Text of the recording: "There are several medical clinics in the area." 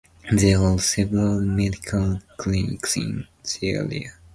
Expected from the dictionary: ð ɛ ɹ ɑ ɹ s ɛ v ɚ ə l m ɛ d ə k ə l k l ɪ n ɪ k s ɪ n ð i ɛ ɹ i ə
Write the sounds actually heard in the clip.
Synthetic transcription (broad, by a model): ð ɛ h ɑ l s ɛ v ɚ ə l m ɛ d ə k ə l k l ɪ n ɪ k s ɪ n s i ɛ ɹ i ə